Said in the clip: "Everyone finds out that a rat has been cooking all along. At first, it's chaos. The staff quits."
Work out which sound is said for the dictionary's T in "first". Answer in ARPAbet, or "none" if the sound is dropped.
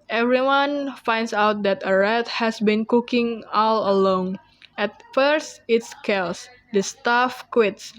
T